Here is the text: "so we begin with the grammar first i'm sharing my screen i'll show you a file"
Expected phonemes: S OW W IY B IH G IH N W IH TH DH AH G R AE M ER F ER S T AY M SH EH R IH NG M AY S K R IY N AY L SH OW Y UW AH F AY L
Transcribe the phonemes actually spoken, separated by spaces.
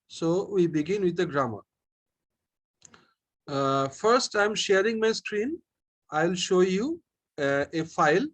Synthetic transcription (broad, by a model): S OW W IY B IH G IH N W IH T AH G R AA M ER F ER S T AY M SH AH R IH NG M AY S K R IY N AY L SH OW Y UW AH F AY L